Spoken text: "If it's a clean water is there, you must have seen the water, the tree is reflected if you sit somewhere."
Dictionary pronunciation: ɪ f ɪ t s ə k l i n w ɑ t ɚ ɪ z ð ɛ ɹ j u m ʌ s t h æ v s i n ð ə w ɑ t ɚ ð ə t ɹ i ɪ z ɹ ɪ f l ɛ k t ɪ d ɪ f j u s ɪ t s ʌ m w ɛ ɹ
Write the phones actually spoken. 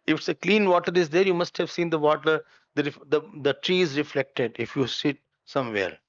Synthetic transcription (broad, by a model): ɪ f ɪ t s ə k l i n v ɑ t ɚ ɪ z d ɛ ɹ j u m ʌ s t h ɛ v s i n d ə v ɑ t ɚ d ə t ɹ i ɪ z ɹ ɪ f l ɛ k t ɪ d ɪ f j u s ɪ t s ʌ m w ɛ ɹ